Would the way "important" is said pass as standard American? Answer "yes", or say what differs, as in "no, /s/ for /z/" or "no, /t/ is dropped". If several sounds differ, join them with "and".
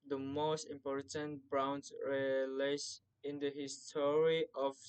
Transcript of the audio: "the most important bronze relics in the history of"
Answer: yes